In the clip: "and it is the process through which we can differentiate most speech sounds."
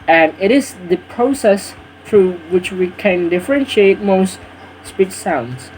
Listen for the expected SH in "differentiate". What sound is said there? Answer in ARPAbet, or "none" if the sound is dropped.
SH